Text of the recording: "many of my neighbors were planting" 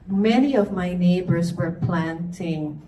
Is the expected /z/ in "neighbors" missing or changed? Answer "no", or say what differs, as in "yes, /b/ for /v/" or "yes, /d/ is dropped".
no